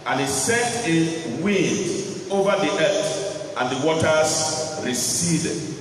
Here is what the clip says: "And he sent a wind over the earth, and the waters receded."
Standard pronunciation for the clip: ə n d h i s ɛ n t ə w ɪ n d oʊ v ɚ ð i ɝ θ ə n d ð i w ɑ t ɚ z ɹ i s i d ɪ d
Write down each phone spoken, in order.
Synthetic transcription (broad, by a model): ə n h i s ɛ t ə w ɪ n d oʊ v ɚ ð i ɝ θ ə n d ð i w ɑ t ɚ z ɹ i s i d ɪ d